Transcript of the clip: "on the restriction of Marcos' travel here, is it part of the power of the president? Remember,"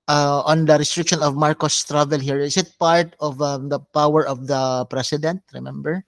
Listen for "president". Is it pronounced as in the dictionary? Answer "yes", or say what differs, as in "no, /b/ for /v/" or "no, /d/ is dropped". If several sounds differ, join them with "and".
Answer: no, /s/ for /z/